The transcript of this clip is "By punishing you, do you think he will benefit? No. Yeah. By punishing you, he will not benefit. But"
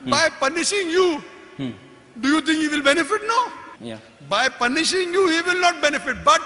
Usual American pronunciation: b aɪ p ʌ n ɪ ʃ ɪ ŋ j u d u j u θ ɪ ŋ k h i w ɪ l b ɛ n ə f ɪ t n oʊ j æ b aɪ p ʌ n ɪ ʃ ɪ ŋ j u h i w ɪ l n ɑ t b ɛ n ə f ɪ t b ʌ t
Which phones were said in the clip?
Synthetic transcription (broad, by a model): b aɪ p ʌ n ɪ ʃ ɪ ŋ j u d u j u t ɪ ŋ k h i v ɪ l b ɛ n ə f ɪ t n oʊ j b aɪ p ʌ n ɪ ʃ ɪ ŋ j u h i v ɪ l n ɑ t b ɛ n ə f ɪ t b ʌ t